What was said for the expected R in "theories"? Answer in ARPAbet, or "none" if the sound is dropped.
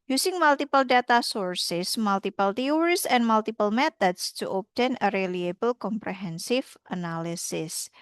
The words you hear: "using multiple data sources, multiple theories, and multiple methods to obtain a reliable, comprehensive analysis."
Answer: W